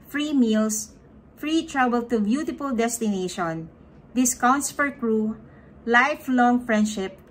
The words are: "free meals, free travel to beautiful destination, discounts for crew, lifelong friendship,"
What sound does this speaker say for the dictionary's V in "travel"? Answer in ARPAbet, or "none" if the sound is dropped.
B